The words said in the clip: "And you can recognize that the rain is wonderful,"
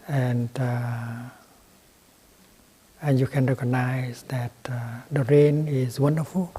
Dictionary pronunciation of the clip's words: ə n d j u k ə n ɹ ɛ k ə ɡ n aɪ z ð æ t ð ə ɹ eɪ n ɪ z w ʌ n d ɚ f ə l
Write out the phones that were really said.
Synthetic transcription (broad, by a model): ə n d j u k ə n ɹ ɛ k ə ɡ n aɪ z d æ t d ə ɹ eɪ n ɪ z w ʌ n d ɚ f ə l